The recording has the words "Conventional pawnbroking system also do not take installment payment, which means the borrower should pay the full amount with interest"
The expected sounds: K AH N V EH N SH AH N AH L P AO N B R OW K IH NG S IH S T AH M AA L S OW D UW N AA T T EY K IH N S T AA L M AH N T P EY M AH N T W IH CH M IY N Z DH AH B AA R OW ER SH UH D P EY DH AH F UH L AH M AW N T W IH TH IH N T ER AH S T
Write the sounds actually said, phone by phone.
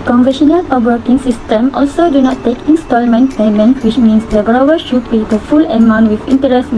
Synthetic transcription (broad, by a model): K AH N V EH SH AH N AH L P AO B W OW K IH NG S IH S T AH M AA L S OW D UW N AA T T EY K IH N S T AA L M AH N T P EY M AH N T W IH CH M IY N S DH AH B AA W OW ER SH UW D B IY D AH F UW L AH M AW N T W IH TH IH N T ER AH S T